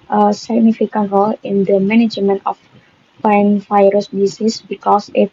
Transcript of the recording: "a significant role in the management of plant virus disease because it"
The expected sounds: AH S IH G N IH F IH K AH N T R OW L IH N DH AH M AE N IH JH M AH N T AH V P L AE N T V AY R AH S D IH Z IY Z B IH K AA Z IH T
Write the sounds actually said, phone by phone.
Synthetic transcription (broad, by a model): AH S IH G N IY F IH K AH N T R OW L IH N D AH M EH N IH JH M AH N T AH F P AA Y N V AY R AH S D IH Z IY S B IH K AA S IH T